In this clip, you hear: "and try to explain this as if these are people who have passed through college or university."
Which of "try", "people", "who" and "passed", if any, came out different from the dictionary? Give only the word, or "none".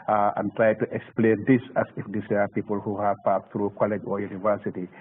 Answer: passed